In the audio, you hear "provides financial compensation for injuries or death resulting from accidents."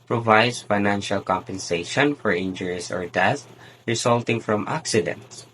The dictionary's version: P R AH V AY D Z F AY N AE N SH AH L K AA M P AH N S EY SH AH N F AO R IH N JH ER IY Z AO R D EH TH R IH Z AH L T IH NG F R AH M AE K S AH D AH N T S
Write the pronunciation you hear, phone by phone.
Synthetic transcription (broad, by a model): P R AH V AY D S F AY N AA N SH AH L K AA M P AH N S EY SH AH N F AO R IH N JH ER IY S AO R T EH S R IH S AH L T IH NG F R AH M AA K S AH D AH N T S